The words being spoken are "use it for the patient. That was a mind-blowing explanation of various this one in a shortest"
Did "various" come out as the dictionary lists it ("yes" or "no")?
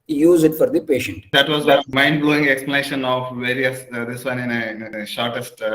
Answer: yes